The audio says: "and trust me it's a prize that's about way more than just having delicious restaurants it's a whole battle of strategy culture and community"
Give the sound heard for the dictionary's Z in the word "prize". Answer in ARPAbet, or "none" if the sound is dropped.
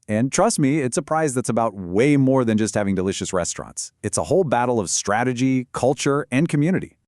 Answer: Z